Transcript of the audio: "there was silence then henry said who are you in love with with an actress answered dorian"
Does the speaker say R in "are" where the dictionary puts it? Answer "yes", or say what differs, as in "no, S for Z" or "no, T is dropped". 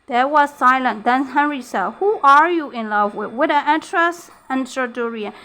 yes